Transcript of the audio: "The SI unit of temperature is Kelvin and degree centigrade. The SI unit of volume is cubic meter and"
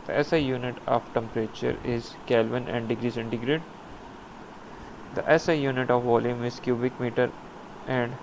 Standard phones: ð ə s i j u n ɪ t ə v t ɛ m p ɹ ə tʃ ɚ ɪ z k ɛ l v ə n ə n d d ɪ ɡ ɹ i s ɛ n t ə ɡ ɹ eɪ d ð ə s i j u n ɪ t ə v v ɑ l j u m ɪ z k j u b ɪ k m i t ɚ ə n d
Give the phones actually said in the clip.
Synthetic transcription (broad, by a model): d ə s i j u n ɪ t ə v t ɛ m p ɹ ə tʃ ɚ ɪ z k ɛ l v ə n ə n d d ɪ ɡ ɹ i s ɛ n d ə ɡ ɹ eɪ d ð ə s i j u n ɪ t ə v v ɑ l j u m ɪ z k j u b ɪ k m i t ɚ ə n d